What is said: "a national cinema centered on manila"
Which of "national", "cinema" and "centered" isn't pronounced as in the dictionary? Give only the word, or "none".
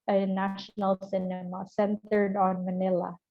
none